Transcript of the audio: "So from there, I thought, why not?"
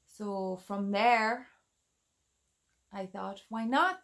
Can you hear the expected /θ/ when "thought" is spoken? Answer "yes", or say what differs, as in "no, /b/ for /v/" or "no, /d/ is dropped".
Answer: yes